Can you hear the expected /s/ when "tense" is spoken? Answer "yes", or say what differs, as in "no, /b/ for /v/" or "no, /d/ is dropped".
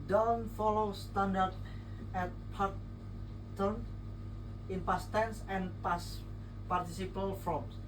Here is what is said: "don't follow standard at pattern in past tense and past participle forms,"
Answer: yes